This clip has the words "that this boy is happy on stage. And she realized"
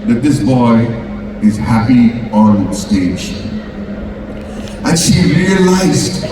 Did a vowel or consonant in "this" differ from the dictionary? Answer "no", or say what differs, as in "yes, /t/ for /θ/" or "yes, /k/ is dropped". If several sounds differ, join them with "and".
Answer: no